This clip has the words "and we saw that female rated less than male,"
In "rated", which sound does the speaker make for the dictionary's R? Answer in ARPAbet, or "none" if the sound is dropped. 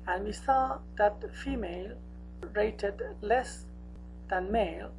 R